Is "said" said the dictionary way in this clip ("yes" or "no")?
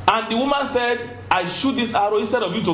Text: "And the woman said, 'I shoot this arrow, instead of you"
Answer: yes